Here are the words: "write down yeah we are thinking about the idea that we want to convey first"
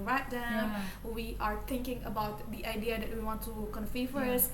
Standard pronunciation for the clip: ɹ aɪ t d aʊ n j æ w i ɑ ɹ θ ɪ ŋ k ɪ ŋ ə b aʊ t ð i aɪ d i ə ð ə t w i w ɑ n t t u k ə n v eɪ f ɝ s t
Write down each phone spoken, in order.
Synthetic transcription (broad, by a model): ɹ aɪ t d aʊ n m w i ɑ ɹ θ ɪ ŋ k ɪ ŋ ə b aʊ t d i aɪ d i ə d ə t w i w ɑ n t t u k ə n f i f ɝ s